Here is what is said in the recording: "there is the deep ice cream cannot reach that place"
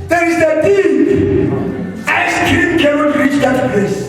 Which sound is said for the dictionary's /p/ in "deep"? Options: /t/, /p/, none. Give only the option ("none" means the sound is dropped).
none